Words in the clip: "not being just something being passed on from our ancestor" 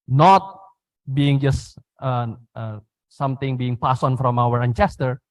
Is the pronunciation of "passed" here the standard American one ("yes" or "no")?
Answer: no